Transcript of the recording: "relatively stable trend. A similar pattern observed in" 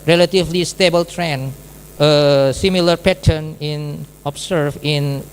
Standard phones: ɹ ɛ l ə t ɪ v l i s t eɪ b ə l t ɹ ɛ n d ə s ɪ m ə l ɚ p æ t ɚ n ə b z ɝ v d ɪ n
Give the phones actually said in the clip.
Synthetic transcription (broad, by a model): ɹ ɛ l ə t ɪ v l i s t eɪ b ə l t ɹ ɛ n ə s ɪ m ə l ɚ p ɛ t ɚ n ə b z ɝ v ɪ n